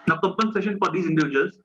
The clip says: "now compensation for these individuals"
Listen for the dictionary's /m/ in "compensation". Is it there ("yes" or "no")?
no